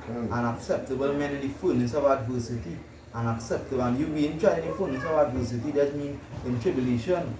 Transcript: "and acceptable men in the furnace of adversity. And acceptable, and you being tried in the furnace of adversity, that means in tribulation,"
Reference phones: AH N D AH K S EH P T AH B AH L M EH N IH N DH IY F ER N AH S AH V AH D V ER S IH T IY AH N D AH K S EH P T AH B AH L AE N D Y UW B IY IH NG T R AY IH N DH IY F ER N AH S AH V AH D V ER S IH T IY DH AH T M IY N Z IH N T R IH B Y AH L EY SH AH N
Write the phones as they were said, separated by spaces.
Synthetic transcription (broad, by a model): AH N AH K S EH P T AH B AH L M EH N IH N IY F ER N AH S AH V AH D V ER S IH T IY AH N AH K S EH P T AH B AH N Y UW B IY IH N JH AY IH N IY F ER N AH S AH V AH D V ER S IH T IY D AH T M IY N IH N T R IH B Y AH L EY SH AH N